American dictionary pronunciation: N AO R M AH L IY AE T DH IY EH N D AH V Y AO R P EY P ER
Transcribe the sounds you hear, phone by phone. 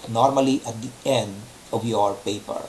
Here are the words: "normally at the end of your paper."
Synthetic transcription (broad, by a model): N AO R M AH L IY AE T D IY EH N D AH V Y AO R P EY P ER